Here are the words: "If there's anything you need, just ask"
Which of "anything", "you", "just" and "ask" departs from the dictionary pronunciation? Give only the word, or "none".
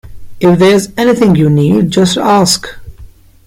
none